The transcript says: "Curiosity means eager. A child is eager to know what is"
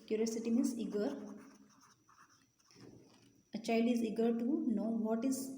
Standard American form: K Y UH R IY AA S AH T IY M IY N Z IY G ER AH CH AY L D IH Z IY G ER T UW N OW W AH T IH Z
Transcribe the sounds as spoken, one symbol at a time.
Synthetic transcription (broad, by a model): K Y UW R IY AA S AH T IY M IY Z IY G ER AH CH AY L D IH Z IY G ER T UW N OW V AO T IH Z